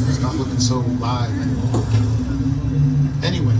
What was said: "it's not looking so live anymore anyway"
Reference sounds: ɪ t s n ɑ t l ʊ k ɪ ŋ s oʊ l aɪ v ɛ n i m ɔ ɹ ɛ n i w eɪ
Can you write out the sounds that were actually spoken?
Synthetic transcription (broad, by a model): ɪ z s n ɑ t l ʊ k ɪ ŋ s oʊ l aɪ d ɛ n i ɔ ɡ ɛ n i w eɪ